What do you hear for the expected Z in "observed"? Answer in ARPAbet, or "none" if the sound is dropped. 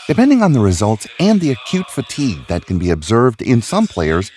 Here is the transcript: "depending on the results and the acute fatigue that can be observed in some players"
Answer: Z